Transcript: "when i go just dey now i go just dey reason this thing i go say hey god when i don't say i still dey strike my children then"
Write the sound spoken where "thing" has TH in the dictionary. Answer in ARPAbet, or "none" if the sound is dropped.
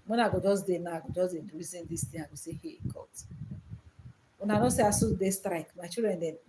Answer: T